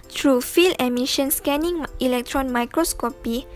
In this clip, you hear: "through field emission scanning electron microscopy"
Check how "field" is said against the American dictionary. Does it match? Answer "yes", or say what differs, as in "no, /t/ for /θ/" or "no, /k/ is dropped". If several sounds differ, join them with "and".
no, /d/ is dropped